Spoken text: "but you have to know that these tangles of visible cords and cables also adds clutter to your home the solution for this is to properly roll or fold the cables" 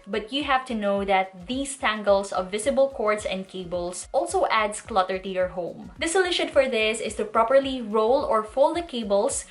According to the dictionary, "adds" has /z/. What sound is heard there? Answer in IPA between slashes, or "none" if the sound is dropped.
/s/